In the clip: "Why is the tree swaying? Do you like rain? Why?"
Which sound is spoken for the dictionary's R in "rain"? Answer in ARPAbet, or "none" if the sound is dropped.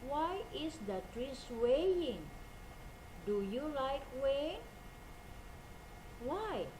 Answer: W